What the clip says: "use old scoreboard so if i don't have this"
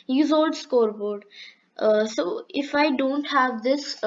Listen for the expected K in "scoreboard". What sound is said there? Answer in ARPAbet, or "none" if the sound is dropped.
K